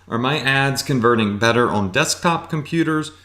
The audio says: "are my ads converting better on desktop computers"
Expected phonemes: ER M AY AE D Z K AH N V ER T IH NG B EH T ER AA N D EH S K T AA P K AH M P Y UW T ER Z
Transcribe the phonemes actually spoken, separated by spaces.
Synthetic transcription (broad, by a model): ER M AY AE D Z K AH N V ER T IH NG B EH T ER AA N D EH S K T AA P K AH M P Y UW T ER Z